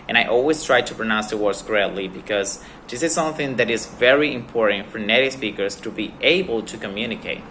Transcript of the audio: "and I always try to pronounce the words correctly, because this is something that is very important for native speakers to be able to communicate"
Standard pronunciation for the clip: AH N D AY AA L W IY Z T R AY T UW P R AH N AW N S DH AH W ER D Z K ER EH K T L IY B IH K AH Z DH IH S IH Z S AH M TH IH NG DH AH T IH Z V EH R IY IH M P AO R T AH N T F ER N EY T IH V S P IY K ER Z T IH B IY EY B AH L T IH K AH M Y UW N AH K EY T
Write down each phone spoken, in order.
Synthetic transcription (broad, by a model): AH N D AY AA L W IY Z T R AY T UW P R AH N AW N S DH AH W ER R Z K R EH T L IY B IH K AH Z DH IH S IH Z S AH M TH IH NG DH AH T IH Z V EH R IY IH M P AO R T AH N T F ER N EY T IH S P IY K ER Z T IH B IY EY B AH L T IH K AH M Y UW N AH K EY T